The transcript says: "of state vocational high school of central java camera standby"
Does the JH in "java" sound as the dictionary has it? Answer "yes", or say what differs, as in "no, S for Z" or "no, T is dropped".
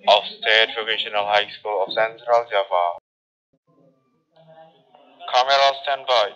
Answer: no, Z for JH